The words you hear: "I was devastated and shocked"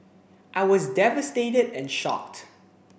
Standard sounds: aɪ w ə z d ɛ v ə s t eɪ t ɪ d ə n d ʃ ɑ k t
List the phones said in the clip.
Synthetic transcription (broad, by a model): aɪ w ə z d ɛ v ə s t eɪ t ɪ d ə n ʃ ɑ k t